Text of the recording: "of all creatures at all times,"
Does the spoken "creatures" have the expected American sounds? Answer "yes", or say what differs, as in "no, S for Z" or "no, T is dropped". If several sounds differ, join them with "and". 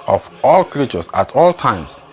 no, S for Z